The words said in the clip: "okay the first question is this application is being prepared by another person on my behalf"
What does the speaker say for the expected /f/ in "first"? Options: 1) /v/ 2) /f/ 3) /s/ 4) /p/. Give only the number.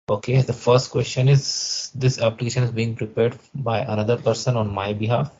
2